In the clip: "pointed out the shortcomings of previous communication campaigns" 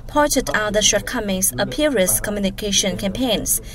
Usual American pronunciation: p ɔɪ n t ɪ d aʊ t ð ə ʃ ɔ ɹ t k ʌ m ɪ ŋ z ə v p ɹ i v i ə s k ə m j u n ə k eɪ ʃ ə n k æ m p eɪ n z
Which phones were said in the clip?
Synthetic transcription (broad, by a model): p ɔɪ n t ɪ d aʊ t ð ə ʃ ɔ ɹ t k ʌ m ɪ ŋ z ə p i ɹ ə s k ə m j u n ə k eɪ ʃ ə n k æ m p eɪ n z